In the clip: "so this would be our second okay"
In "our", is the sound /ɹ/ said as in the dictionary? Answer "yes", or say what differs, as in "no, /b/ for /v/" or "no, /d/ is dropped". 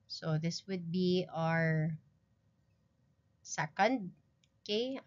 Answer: yes